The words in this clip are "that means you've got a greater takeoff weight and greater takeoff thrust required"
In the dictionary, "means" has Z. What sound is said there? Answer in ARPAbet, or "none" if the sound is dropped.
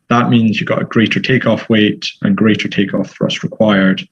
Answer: Z